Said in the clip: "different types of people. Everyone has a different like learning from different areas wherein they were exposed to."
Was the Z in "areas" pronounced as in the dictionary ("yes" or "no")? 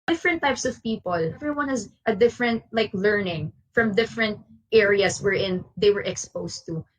no